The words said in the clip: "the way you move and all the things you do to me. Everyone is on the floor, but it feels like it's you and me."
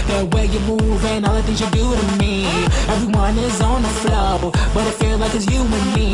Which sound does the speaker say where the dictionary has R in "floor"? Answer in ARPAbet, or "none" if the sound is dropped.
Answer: L